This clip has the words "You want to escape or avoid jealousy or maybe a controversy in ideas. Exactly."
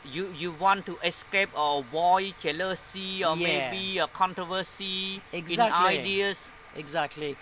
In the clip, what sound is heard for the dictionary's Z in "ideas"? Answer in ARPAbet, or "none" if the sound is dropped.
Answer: S